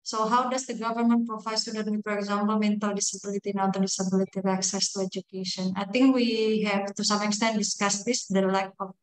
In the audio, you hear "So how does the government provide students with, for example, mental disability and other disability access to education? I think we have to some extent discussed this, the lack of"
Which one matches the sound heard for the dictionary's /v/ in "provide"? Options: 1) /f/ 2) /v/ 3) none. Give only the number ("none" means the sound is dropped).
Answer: 1